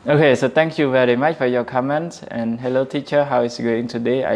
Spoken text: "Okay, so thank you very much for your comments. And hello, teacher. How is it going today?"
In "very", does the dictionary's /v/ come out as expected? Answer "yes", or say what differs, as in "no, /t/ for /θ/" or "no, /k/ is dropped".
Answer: yes